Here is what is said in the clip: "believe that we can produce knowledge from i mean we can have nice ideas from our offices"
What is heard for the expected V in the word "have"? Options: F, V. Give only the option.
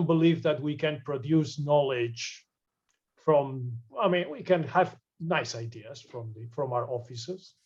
V